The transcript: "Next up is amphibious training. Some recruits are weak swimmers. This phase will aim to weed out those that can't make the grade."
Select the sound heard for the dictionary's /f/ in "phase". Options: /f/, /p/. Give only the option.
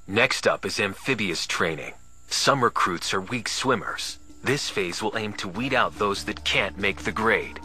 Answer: /f/